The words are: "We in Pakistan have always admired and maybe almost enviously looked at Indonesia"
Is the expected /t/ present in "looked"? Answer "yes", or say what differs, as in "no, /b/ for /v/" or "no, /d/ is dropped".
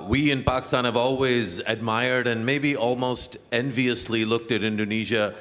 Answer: yes